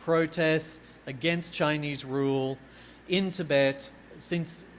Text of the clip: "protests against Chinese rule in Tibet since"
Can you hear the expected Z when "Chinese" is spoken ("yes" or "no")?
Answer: yes